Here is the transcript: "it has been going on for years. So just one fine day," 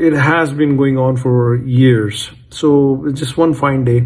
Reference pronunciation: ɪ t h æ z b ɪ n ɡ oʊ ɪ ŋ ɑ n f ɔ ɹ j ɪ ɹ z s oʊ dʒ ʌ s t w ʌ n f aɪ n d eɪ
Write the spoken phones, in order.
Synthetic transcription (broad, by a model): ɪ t h æ z b ɪ n ɡ oʊ ɪ ŋ ɑ n f ɔ ɹ j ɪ ɹ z s oʊ dʒ ʌ s t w ʌ n f aɪ n d eɪ